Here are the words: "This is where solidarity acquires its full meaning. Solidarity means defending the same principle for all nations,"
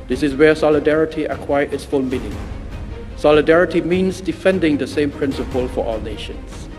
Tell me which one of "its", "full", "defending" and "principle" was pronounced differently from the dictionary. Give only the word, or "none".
none